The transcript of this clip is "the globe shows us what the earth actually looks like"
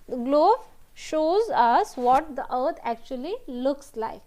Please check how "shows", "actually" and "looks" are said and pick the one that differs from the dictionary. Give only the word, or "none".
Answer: none